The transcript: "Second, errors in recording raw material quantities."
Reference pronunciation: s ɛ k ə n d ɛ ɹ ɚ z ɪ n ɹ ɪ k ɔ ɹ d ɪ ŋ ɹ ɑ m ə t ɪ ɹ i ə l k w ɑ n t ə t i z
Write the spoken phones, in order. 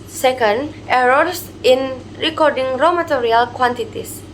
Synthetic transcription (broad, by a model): s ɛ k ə n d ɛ ɹ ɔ s ɪ n ɹ ɪ k ɔ ɹ d ɪ ŋ ɹ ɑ m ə t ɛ ɹ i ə l k w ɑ n t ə t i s